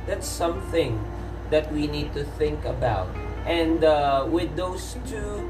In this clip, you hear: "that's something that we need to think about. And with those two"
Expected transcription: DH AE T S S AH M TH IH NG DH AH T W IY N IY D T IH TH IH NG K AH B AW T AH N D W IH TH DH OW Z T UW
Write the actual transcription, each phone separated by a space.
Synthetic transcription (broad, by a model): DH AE T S S AH M TH IH NG DH AH T W IY N IY D T IH TH IH NG K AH B AW T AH N D W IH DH OW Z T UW